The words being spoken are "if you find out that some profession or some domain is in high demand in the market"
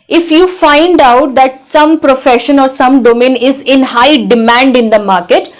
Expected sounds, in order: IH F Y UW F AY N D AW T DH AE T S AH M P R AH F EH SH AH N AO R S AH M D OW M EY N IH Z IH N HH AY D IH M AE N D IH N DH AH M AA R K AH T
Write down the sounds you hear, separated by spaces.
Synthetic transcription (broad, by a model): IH F Y UW F AY N D AW T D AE T S AH M P R AH F EH SH AH N AO R S AH M D OW M EY N IH Z IH N HH AY D IH M AE N D IH N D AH M AA R K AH T